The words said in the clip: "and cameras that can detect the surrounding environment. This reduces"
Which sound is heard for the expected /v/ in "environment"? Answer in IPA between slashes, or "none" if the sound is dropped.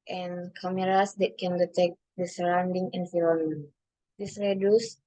/f/